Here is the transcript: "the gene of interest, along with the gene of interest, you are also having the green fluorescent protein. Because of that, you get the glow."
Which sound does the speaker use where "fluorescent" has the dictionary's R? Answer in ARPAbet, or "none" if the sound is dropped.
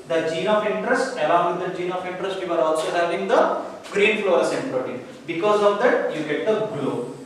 none